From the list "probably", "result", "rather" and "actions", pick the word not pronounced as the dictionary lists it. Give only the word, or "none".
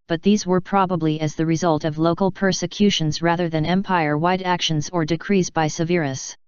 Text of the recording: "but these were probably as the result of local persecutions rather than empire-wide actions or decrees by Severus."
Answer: none